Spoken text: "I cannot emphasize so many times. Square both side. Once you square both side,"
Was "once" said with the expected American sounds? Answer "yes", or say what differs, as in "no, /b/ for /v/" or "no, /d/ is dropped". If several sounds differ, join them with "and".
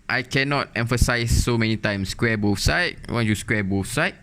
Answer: no, /s/ is dropped